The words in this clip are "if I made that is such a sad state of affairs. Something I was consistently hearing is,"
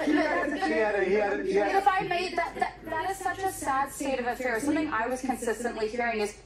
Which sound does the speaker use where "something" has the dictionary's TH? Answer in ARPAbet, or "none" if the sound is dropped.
TH